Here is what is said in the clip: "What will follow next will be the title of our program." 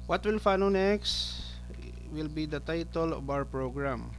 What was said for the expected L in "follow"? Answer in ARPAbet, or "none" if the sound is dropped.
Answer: N